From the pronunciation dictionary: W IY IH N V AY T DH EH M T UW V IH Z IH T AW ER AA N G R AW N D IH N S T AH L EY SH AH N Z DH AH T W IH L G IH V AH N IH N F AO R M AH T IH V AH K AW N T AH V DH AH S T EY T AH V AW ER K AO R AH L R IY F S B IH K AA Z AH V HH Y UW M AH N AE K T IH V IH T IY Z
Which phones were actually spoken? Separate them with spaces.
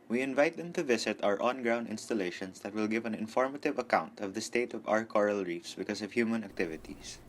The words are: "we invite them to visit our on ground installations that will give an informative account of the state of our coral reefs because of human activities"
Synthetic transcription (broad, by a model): W IY IH N V AY T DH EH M T UW V IH S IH T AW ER AA N G R AW N D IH N S T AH L EY SH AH N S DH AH T W IH L G IH V AH N IH N F AO R M AH T IH V AH K AW N T AH V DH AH S T EY T AH V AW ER K AO R AH L R IY F S B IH K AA S AH V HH Y UW M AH N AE K T IH V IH T IY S